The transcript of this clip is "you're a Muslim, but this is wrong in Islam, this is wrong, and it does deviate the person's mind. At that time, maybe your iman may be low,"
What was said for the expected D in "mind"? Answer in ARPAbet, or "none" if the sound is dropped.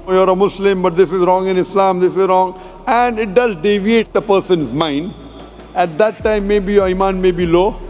D